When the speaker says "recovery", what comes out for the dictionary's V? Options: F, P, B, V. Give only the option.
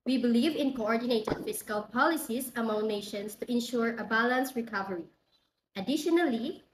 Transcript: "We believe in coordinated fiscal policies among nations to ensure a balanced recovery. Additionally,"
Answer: V